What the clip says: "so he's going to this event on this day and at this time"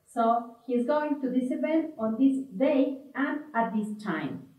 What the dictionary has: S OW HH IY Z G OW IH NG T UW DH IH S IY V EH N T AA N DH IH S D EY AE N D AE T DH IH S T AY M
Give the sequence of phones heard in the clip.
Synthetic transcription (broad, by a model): S OW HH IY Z G OW IH NG T UW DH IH S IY P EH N AA N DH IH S D EY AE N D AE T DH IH S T AY M